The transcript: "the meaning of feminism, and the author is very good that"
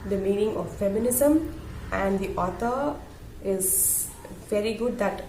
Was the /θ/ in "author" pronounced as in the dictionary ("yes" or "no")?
no